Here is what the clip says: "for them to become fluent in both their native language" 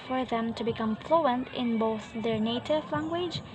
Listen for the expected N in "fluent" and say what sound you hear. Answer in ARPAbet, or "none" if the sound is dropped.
N